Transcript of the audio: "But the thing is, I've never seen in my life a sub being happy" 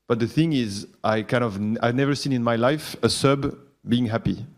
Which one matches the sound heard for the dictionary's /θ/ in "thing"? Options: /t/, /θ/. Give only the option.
/θ/